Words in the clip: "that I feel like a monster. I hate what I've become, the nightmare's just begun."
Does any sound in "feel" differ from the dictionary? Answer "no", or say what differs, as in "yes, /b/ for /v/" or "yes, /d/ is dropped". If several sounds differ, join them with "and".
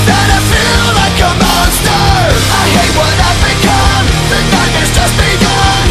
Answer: no